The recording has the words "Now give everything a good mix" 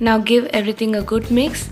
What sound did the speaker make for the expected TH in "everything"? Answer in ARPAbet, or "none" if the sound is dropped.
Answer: T